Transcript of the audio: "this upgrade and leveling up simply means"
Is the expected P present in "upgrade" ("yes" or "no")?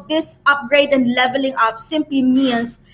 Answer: yes